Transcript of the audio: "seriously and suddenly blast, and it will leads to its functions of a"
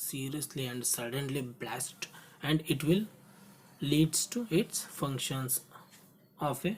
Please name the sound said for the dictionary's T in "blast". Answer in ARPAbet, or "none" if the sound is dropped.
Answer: T